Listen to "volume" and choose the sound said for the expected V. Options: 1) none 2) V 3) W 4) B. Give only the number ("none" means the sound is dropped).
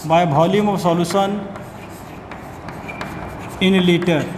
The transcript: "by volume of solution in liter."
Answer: 4